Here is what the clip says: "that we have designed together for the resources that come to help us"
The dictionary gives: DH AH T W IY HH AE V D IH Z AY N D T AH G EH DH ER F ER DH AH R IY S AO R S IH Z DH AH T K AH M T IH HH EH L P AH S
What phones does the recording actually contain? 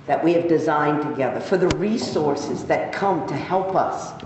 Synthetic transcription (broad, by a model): DH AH T W IY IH V D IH Z AY N T AH G EH DH ER F ER DH AH R IY S AO R S IH Z DH AH T K AH M T IH HH EH L P AH S